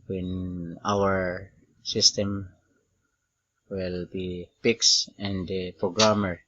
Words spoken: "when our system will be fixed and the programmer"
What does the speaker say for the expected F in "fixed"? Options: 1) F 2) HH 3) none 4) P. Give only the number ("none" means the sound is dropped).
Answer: 4